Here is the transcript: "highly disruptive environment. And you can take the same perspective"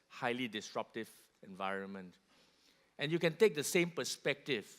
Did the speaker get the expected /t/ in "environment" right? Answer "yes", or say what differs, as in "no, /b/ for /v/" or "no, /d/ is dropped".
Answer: yes